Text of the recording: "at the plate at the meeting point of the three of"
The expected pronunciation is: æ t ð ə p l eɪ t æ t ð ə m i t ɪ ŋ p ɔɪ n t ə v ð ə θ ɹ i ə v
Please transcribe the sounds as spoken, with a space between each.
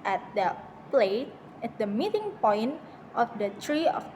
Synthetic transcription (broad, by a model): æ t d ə p l eɪ t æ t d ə m i t ɪ ŋ p ɔɪ n t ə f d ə t ɹ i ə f